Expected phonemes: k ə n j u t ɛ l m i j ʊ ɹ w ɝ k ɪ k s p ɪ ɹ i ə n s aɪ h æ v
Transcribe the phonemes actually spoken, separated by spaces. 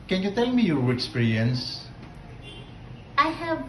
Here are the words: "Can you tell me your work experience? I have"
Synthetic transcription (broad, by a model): k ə n j u t ɛ l m i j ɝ ɪ k s p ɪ ɹ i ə n s aɪ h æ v